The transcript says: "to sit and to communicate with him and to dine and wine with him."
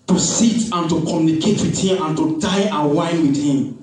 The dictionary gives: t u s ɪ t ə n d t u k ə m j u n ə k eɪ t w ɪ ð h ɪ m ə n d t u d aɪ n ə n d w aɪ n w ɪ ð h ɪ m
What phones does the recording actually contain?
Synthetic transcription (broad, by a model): t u s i t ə n t u k ə m j u n ə k eɪ t w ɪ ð h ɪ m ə n t u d aɪ ə w aɪ n w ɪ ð h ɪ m